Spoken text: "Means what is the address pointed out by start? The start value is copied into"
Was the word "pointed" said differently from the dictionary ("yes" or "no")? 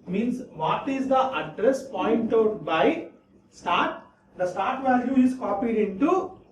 yes